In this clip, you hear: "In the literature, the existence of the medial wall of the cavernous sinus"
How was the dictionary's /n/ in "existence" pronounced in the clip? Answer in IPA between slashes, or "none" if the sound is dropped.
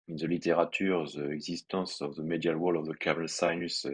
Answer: none